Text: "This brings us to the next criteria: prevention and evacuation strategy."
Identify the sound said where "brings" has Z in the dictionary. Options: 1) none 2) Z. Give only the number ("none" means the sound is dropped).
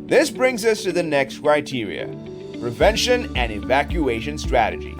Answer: 2